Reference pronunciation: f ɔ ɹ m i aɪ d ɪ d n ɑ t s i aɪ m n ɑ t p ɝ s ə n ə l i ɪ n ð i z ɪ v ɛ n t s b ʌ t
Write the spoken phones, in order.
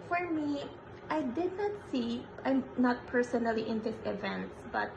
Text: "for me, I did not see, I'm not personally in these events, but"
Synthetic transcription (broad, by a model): f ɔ ɹ m i aɪ d ɪ d n ɑ t s i aɪ m n ɑ t p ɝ s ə n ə l i ɪ n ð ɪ s ɪ v ɛ n t s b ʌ t